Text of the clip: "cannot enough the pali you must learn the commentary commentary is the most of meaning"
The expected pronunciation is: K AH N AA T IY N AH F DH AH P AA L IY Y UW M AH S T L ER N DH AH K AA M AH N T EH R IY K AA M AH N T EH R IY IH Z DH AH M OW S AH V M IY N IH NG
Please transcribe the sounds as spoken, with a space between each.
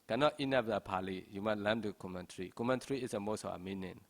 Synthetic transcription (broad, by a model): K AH N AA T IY N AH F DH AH P AA L IY Y UW M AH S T L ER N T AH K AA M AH N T R IY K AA M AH N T R IY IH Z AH M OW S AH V M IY N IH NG